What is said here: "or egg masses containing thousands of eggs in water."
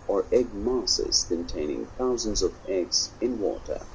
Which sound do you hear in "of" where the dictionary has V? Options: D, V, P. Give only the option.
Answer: V